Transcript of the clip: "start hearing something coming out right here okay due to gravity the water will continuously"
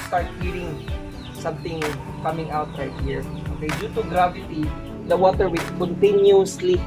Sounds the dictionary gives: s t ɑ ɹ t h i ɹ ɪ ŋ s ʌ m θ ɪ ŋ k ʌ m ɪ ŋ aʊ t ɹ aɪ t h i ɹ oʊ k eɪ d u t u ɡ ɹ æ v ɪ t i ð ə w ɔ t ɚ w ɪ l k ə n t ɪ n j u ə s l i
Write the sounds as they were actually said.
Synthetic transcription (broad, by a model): s t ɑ ɹ t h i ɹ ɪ ŋ s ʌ m t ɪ ŋ k ʌ m ɪ ŋ aʊ t ɹ aɪ t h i ɹ oʊ k eɪ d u t u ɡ ɹ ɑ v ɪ t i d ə w ɔ t ɚ w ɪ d k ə n t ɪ n j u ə s l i